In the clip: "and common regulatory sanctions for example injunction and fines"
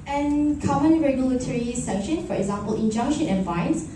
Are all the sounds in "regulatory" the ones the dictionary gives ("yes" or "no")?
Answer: yes